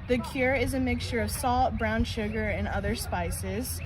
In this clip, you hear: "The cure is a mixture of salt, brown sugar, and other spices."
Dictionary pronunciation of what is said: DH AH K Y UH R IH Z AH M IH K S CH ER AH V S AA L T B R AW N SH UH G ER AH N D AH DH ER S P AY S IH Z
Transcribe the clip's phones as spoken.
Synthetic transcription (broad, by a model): DH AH K Y UH R IH Z AH M IH K S CH ER AH V S AA L T B R AW N SH UH G ER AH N AH DH ER S P AY S IH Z